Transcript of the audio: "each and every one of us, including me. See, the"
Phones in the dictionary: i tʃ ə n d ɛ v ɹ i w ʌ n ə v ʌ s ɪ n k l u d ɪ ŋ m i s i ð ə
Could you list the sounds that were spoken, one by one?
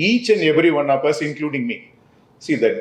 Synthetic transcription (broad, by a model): i tʃ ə n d ɛ v ɹ i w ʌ n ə p ʌ s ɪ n k l u d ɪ ŋ m i s i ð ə